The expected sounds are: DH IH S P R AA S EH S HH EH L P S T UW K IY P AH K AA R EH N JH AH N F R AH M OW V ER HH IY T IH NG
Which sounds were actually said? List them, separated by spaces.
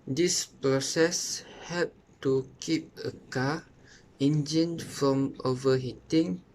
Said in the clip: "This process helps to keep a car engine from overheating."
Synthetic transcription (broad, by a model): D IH S P R AA S EH S HH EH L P T UW K IY P AH K AA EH N JH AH N F R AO M OW V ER HH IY T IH NG